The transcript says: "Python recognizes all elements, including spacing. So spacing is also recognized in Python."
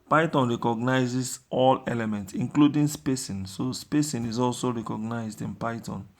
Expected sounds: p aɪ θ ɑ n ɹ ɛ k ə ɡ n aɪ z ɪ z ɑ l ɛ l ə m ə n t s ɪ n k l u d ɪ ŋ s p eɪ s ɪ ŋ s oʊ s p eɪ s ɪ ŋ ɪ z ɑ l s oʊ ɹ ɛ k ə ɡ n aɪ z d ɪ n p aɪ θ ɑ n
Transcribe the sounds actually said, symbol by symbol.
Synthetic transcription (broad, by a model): p aɪ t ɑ n ɹ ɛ k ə ɡ n aɪ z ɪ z ɑ l ɛ l ə m ə n t s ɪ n k l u d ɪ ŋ s p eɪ s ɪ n s oʊ s p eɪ s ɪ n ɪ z ɑ l s oʊ ɹ ɛ k ə ɡ n aɪ z d ɪ n p aɪ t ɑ n